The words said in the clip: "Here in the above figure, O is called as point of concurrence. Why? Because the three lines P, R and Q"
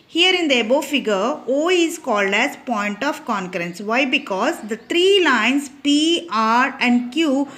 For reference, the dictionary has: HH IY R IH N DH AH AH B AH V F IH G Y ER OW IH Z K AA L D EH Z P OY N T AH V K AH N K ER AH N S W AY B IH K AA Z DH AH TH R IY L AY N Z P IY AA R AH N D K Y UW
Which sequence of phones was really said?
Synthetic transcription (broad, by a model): HH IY R IH N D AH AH B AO F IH G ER OW IH Z K AA L D EH Z P OY N T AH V K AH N K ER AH N S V AY B IH K AA Z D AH T R IY L AY N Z P IY AA R AH N D K Y UW